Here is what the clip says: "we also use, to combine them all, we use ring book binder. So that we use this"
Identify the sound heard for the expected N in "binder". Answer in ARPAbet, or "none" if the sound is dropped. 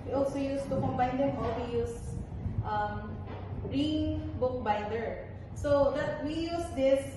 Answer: none